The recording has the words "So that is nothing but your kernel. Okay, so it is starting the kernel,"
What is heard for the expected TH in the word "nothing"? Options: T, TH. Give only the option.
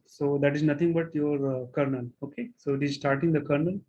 T